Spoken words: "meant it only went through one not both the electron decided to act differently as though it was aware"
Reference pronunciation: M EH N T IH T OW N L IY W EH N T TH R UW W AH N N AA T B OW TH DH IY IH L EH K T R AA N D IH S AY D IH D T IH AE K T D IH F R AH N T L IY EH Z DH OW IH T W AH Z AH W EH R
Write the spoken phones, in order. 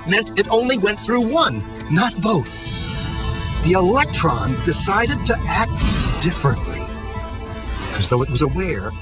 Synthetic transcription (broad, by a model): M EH N T IH T OW N L IY W EH N T TH R UW W AH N N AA T B OW TH DH IY IH L EH K T R AA N D IH S AY D IH D T IH AE K T D IH F R AH N T L IY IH Z DH OW IH T W AH Z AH W EH R